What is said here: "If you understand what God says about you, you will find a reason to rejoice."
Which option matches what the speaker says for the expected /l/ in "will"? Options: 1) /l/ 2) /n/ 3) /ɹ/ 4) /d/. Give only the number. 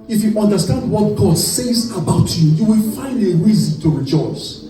1